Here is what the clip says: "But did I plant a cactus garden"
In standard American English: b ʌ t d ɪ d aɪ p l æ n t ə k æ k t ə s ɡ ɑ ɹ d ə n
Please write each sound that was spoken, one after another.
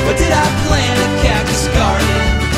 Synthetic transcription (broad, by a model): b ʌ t d ɪ d aɪ p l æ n ə k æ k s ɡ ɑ ɹ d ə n